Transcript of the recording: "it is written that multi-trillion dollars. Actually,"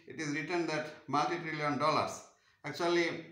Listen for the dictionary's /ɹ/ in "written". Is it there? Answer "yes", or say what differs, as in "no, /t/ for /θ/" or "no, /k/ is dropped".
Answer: yes